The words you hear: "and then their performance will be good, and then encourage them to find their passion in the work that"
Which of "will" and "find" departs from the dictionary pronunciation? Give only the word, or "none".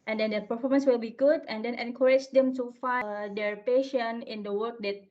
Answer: find